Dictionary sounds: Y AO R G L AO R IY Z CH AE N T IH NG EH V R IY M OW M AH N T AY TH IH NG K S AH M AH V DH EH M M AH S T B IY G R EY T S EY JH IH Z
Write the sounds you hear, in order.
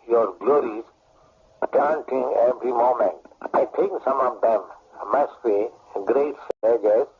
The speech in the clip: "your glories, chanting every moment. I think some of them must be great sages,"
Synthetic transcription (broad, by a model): Y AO R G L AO R IY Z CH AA N T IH NG EH V R IY M OW M AH N T AY T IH NG K S AH M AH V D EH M M AH S T B IY G R EY T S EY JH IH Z